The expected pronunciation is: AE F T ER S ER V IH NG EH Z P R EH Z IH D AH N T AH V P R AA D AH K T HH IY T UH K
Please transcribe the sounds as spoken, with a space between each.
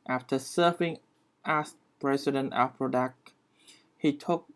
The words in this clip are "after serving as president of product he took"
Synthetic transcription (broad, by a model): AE F T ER S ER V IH NG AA S P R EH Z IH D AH N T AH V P R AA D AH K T HH IY T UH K